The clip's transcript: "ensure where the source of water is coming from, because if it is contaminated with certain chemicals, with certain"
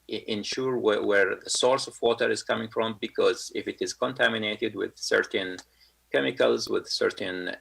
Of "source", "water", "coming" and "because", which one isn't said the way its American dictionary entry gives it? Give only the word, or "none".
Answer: none